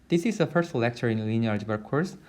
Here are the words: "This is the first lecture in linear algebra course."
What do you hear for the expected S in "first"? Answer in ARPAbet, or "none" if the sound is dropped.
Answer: S